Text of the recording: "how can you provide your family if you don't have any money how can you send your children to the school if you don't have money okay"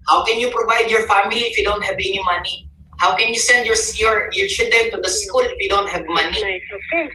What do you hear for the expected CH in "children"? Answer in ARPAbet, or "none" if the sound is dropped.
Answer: S